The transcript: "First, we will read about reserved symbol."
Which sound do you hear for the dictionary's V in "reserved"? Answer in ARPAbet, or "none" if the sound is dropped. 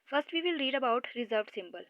V